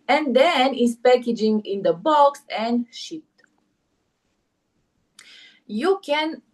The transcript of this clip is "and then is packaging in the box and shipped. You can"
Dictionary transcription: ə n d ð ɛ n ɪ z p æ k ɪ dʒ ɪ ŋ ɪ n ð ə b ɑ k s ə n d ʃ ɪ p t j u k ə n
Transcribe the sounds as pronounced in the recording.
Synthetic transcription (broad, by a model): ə n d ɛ n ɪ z p æ k ɪ dʒ ɪ ŋ ɪ n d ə b ɑ k s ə n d ʃ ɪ t j u k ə n